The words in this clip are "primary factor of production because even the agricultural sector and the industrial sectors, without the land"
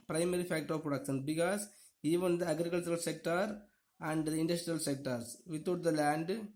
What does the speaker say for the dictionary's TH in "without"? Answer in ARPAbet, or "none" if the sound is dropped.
T